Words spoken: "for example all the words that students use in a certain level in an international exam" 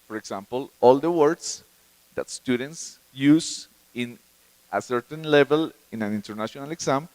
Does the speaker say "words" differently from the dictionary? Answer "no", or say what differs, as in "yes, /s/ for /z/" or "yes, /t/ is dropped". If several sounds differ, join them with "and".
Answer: yes, /s/ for /z/